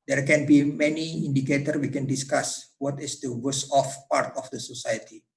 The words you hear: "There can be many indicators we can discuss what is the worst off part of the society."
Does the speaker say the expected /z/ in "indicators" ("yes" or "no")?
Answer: no